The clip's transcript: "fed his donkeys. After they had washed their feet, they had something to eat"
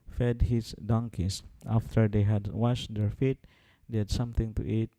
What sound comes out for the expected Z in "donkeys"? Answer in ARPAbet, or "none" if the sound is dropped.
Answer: S